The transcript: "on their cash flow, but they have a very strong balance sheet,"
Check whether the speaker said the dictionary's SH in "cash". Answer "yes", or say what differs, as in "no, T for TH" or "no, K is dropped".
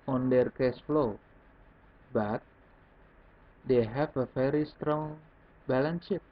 no, S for SH